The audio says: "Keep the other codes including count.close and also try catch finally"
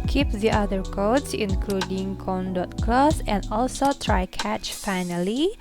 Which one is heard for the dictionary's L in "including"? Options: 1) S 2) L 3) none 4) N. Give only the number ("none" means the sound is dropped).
2